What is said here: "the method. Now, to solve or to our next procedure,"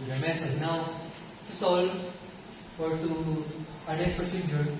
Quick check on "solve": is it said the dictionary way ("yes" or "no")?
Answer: no